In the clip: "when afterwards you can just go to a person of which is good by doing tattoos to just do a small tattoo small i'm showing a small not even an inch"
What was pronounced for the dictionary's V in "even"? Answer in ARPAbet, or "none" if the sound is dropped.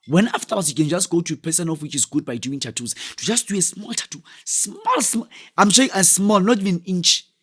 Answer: V